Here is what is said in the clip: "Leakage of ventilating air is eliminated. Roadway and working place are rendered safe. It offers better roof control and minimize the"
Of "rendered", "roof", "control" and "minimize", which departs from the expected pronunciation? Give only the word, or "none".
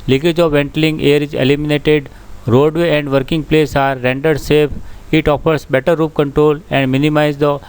roof